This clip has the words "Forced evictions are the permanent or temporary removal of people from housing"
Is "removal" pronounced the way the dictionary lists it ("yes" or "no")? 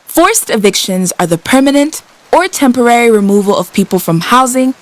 yes